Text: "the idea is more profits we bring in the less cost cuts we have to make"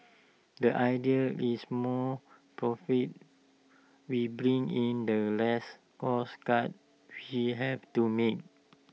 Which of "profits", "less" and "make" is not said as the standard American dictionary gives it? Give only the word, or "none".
profits